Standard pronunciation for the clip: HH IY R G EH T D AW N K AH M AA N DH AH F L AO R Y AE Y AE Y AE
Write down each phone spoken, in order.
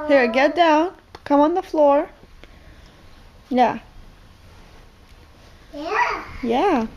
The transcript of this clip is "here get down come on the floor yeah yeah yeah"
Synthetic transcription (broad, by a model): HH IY R G EH T D AW N K AH M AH N DH AH F L AO R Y Y AE Y AE